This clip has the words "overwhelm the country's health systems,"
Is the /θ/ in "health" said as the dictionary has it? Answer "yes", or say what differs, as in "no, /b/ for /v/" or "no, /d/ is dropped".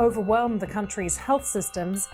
yes